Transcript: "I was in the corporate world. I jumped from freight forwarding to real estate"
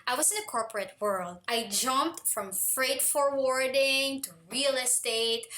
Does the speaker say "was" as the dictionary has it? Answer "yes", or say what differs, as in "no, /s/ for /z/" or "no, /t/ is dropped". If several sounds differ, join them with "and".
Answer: no, /s/ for /z/